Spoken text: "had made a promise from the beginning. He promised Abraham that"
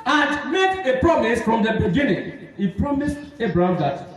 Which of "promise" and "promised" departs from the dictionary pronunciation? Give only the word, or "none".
none